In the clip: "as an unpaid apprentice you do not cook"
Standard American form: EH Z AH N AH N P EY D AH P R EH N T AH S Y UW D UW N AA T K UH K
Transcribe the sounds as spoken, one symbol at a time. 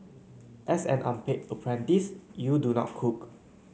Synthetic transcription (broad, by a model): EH S AH N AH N P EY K AH P R EH N T AH S Y UW D UW N AA T K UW K